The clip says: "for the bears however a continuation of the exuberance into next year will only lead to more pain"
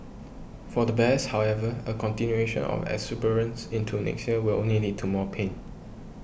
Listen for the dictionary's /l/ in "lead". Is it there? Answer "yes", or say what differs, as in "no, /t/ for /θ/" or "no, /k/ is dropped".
no, /n/ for /l/